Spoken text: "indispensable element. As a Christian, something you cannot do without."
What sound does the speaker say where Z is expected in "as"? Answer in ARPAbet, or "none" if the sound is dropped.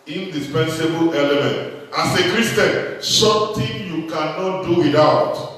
S